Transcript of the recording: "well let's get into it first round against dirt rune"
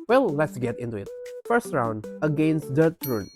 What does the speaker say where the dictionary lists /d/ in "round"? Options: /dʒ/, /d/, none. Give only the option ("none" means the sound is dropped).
/d/